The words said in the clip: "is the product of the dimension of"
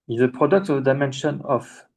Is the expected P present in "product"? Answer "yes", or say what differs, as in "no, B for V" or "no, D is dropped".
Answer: yes